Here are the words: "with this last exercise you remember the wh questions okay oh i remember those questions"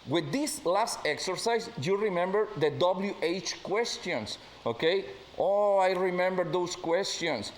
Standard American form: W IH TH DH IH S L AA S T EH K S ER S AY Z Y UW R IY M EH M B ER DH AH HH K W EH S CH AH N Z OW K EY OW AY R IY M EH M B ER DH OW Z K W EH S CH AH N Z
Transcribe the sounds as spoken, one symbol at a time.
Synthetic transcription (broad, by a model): W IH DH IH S L AA S T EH K S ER S AY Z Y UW R IY M EH M B ER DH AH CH K W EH S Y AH N S OW K EY OW AY R IY M EH M B ER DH OW S K W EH S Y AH N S